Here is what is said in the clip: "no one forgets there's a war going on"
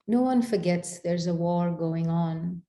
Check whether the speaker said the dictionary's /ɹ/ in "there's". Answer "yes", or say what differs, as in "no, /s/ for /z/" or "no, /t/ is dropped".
yes